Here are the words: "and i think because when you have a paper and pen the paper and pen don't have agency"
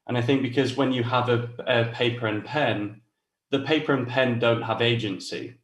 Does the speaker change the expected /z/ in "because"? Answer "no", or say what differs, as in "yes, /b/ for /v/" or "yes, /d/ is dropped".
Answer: no